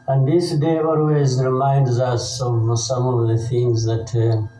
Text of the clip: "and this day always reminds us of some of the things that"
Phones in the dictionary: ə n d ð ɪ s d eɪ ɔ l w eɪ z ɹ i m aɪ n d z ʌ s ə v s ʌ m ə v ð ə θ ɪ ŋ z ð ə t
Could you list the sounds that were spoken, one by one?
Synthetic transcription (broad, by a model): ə n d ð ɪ s d eɪ ɔ l w eɪ z ɹ i m aɪ n d z ʌ s ə v s ʌ m ə v ð ə θ ɪ ŋ z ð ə t